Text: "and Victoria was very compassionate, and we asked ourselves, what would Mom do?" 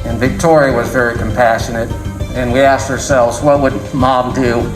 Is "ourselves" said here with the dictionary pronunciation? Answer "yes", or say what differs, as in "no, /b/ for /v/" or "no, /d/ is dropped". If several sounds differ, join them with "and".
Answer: yes